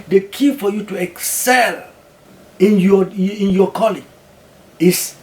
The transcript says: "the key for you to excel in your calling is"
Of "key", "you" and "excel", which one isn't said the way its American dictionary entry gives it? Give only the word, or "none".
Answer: none